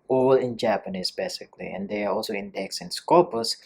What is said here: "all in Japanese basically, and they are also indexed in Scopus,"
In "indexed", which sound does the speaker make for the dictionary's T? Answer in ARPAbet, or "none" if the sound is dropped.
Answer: none